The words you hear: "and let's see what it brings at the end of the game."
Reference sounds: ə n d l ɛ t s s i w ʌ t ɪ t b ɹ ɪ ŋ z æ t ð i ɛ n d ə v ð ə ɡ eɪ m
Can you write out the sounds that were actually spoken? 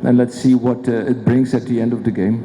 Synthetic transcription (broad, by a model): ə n l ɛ t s s i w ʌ t ɪ t b ɹ ɪ ŋ z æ t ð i ɛ n d ə v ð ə ɡ eɪ m